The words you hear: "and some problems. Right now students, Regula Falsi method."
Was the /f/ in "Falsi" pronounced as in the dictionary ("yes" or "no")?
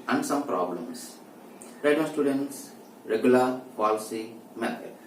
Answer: no